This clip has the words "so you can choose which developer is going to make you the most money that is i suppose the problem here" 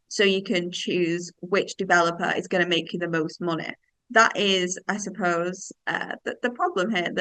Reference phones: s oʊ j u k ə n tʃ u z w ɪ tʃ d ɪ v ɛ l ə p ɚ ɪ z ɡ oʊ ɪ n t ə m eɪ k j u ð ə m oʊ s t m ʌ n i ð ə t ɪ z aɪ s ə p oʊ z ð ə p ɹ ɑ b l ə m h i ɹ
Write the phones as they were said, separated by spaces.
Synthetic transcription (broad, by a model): s oʊ j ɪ k ə n tʃ u z w ɪ tʃ d ɪ v ɛ l ə p ɚ ɪ z ɡ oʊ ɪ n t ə m eɪ k j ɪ ð ə m oʊ s t m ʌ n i ð ə t ɪ z aɪ s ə p oʊ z ð ə p ɹ ɑ b l ə m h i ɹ